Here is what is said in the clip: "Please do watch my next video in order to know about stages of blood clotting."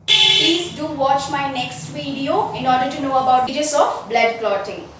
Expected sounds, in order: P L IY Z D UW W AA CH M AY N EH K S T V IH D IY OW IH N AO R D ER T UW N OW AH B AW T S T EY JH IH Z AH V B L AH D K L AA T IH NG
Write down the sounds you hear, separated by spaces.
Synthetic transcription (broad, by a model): P L IY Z D UW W AA CH M AY N EH K S T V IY D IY OW IH N AO R D ER T UW N OW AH B AW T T JH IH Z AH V B L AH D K L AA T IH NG